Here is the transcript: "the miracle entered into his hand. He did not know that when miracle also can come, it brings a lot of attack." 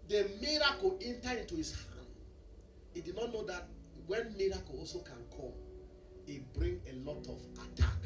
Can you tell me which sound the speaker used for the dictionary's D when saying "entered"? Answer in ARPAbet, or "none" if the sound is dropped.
none